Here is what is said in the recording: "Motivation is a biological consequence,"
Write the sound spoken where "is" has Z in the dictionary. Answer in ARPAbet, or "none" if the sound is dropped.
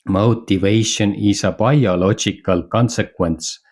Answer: S